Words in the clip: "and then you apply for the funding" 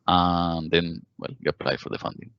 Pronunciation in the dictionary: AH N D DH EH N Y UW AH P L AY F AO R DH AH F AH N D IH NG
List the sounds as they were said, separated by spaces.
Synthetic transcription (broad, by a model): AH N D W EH L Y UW AH P L AY F AO R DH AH F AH N D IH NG